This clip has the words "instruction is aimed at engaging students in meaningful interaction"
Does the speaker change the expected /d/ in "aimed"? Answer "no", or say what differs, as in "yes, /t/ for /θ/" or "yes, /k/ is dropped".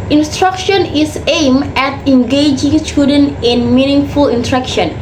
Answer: yes, /d/ is dropped